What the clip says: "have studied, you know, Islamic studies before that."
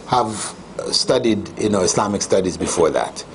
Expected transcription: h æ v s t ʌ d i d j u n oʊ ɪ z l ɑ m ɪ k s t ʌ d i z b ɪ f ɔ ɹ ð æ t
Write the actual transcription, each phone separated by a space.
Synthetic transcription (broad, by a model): h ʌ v s t ʌ d i d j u n oʊ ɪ s l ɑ m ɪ k s t ʌ d i z b ɪ f ɔ ɹ ð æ t